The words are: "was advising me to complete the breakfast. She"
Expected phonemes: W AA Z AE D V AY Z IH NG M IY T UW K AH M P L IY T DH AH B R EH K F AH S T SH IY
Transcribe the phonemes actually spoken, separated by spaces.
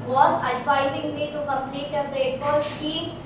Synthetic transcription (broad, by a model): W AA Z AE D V AY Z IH NG M IY T UW K AH M P L IY T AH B R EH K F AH T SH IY